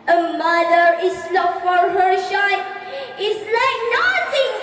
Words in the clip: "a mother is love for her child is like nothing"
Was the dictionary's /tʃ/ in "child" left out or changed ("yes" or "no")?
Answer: yes